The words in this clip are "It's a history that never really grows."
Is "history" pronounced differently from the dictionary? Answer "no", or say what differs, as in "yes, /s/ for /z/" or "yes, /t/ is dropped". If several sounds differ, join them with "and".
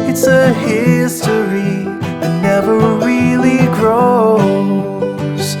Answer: yes, /ɹ/ is dropped